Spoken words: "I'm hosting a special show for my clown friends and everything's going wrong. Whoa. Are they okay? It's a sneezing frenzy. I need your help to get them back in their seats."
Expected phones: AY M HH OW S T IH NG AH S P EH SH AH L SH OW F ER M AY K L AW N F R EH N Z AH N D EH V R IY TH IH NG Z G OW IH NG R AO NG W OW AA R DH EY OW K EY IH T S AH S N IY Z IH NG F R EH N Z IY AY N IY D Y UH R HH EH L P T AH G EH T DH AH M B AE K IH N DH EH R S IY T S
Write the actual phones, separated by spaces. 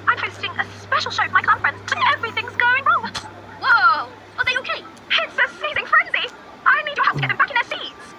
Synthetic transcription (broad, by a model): AY M HH OW S T IH NG AH S P EH SH L SH OW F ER M AY K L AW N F R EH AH N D EH V R IY TH IH NG Z G OW IH NG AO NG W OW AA L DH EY OW K EY IH T S AH S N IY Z IH NG F R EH N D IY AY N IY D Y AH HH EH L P T AH G EH T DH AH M B AE K IH N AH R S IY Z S